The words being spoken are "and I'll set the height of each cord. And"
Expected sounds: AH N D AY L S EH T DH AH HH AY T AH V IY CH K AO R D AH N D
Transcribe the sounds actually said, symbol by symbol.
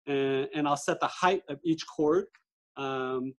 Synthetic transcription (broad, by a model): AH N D AY L S EH T DH AH HH AY T AH V IY CH K AO R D AH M